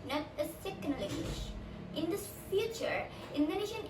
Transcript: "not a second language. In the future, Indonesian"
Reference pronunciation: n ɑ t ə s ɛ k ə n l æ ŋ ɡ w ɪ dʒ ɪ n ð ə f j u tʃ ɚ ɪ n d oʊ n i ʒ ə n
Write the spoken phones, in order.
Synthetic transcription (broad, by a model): n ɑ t ə s ɛ k ə n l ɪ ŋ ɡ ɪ ʃ ɪ n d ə f j u tʃ ɚ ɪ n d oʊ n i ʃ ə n